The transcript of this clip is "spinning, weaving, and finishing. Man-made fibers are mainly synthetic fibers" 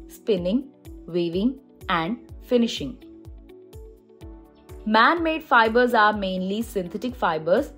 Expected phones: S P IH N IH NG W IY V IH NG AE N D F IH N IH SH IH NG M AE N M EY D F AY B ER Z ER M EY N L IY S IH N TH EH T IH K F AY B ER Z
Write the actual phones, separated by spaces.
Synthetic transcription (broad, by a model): S P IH N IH NG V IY V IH NG AE N D F IH N IH SH IH NG M AE N M EY D F AY B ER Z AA M EY N L IY S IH N T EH T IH K F AY B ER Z